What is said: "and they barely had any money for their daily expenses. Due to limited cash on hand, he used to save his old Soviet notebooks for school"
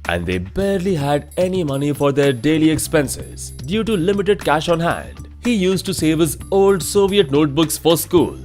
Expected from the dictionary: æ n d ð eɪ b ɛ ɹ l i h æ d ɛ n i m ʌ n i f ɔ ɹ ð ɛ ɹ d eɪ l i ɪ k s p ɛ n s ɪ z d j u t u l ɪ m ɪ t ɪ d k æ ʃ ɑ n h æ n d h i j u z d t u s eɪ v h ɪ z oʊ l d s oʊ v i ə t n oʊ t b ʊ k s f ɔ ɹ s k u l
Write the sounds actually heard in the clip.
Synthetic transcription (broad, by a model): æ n d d eɪ b ɛ ɹ l i h æ d ɛ n i m ʌ n i f ɔ ɹ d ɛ ɹ d eɪ l i ɪ k s p ɛ n s ɪ z d j u t u l ɪ m ɪ t ɪ d k æ ʃ ɑ n h æ n d h i j u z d t u s eɪ v h ɪ z oʊ l d s oʊ v i ə t n oʊ t b ʊ k s f ɔ ɹ s k u l